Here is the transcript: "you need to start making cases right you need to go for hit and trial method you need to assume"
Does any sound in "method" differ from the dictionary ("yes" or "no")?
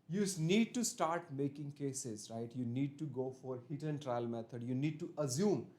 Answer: yes